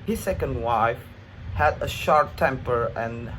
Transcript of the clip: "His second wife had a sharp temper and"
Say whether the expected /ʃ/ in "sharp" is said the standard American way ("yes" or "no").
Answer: yes